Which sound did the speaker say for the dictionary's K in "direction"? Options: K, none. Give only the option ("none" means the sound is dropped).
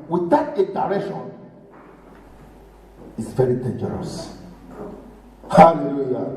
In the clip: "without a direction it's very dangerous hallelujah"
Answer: none